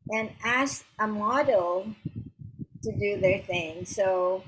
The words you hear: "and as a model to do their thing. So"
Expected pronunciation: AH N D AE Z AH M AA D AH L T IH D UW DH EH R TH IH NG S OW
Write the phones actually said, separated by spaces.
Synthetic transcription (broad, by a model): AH N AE S AH M AA D L T IH D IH DH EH R TH IH NG S OW